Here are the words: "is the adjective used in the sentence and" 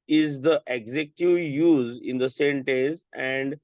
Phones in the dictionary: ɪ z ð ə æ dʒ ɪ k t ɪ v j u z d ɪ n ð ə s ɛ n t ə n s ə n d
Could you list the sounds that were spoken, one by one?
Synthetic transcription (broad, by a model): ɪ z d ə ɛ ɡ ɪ k t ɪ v j u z ɪ n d ə s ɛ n t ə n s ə n d